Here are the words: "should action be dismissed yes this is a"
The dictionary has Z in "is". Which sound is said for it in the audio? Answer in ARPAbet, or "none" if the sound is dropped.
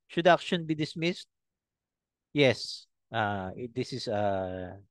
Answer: S